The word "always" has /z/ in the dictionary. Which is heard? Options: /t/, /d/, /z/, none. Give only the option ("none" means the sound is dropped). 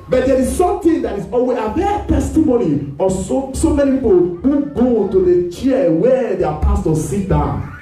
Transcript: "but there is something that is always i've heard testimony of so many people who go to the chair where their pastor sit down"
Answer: none